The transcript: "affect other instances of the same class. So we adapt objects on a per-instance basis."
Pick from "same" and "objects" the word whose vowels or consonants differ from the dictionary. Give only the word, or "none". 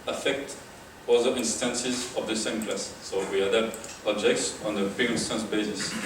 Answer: none